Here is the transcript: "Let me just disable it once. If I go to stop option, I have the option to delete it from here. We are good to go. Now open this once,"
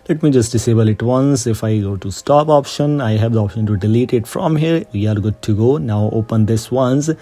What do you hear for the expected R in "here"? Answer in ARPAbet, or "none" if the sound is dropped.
R